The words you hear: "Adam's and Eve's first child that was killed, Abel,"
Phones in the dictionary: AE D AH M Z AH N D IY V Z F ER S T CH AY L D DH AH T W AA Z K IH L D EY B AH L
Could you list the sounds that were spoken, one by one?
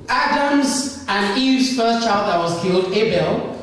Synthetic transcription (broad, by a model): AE D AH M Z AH N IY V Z F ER S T CH AY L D DH AH T W AA Z K IH L D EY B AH L